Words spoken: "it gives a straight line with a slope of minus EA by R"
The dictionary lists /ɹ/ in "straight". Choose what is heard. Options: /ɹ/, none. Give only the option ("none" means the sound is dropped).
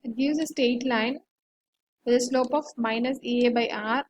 none